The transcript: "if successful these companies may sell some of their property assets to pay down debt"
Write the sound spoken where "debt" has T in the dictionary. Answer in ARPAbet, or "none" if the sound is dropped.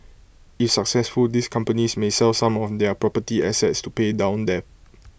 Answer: none